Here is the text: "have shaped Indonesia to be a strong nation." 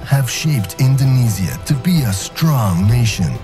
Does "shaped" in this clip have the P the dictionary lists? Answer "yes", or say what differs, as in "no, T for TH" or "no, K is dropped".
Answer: yes